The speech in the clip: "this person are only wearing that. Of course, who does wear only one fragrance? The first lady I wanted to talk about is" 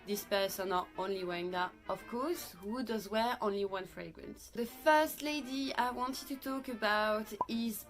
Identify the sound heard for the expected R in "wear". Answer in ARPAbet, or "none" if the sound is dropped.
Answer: R